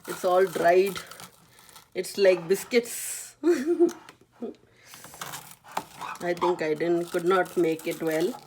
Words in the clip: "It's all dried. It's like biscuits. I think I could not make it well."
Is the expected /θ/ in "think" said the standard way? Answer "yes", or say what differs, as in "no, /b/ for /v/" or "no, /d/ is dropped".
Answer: no, /t/ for /θ/